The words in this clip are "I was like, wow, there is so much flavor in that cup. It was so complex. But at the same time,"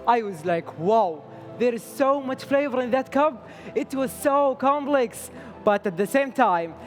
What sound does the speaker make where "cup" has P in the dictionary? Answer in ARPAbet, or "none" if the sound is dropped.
B